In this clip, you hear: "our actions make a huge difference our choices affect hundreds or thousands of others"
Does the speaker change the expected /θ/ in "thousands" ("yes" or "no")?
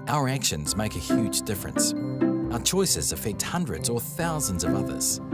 no